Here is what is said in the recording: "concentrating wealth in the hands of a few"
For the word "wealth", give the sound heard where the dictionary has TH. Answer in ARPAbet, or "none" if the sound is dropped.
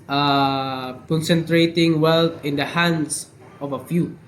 T